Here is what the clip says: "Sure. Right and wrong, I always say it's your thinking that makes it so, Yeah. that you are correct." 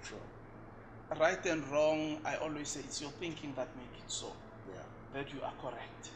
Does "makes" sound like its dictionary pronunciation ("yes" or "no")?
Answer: no